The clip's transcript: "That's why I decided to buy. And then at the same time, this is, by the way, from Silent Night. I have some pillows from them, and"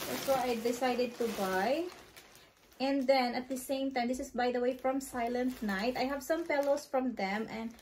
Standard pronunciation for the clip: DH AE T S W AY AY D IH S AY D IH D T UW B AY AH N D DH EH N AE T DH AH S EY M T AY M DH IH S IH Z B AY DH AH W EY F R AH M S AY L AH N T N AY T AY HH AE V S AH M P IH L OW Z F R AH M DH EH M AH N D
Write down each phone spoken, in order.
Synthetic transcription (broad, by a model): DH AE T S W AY AY D IH S AY D IH D T UW B AY AH N D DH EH N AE T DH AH S EY M T AY M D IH S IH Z B AY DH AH W EY F R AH M S AY L AH N T N AY T AY HH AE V S AH M P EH L OW S F R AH M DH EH M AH N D